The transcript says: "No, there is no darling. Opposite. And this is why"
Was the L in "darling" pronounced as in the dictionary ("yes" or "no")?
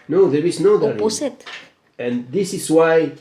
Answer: no